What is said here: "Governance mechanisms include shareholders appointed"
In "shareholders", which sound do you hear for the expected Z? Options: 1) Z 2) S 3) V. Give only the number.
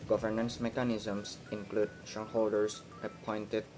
2